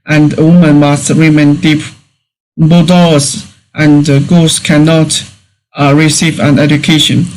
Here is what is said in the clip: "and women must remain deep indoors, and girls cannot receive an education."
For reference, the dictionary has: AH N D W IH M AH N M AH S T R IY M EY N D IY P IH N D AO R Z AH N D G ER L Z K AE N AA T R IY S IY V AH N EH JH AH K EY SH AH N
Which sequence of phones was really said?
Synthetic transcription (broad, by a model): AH N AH W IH M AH N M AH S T R IY M EY N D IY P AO D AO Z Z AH N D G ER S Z K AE N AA T R IY S IY V AH N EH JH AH K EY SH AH N